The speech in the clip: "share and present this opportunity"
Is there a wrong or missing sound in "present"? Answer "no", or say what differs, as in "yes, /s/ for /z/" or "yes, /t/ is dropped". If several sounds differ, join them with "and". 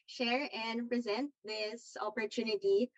no